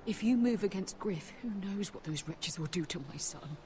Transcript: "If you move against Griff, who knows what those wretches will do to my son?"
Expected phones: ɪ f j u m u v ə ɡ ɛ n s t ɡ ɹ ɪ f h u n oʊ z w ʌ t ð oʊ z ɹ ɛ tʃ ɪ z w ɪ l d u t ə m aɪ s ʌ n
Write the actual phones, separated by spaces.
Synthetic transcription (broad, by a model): ɪ f j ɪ m u v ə ɡ ɛ n s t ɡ ɹ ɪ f h u n oʊ z w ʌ t ð oʊ z ɹ ɛ tʃ ɪ z w ɪ l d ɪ t ə m aɪ s ʌ n